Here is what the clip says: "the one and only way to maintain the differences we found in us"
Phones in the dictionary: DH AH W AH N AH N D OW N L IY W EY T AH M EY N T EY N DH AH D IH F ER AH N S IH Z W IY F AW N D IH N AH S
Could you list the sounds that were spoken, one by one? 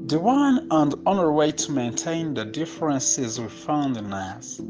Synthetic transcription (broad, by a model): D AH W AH N AH N D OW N IY W EY T AH M EY N T EY N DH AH D IH F ER AH N S IH Z W IY F AW N D IH N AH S